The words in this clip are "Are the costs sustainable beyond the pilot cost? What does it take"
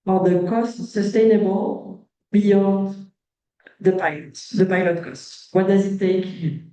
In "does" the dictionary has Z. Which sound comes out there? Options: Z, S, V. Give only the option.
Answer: Z